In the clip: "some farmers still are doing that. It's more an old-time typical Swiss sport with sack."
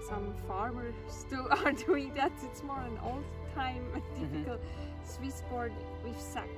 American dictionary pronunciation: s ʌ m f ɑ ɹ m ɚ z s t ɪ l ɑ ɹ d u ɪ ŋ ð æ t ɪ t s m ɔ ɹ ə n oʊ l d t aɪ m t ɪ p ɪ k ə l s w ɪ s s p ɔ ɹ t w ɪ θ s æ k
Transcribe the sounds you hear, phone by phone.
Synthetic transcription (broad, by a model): s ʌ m f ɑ ɹ m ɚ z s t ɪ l ɑ ɹ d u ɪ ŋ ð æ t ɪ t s m ɔ ɹ ə n oʊ l d t aɪ m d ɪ f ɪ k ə l s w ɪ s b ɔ ɹ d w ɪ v s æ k